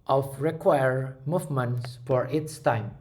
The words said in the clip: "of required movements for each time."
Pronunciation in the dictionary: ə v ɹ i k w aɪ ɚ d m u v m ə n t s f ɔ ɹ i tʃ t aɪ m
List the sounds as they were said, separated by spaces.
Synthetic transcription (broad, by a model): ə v ɹ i k w aɪ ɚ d m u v m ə n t s f ɔ ɹ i s t aɪ m